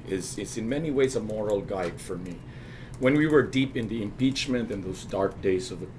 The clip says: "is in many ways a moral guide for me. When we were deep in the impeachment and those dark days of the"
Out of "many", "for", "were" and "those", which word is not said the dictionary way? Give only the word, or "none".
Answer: none